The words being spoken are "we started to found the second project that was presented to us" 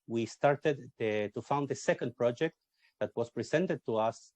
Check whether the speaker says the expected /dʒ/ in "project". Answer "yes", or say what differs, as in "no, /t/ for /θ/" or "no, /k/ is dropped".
yes